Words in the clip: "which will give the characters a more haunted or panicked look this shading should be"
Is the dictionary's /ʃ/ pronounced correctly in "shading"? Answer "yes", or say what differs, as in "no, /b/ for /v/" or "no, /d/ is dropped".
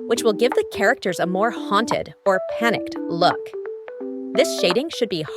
yes